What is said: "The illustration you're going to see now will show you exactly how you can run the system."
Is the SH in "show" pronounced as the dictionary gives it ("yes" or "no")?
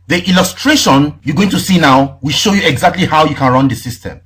yes